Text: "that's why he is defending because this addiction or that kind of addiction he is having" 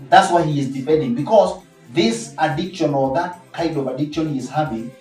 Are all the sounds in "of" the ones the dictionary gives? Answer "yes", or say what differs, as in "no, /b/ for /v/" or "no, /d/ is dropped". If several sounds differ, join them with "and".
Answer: yes